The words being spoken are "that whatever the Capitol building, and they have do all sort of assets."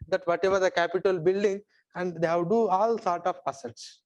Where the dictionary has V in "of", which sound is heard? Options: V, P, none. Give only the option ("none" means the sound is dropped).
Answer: P